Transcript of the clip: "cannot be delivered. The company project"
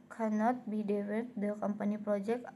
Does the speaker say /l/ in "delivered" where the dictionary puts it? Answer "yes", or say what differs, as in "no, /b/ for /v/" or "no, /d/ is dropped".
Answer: no, /w/ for /l/